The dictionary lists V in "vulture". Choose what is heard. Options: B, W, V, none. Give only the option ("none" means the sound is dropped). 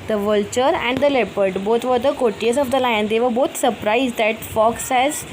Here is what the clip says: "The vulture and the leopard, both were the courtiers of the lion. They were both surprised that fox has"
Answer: V